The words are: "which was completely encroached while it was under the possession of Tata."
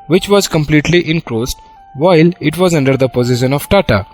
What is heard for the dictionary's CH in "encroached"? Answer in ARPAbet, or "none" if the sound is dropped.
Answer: S